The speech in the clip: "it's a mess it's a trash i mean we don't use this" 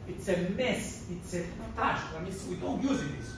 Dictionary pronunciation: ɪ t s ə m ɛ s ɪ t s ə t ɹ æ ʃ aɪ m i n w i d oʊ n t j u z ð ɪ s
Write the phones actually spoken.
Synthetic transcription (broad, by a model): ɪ t s ə m ɛ s ɪ t s ə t æ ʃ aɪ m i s w i d oʊ n t j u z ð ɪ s